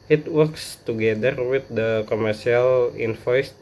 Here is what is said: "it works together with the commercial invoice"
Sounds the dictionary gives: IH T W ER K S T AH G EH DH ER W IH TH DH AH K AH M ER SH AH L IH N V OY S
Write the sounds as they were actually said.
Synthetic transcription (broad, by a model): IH T W ER K S T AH G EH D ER W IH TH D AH K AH M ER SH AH L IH N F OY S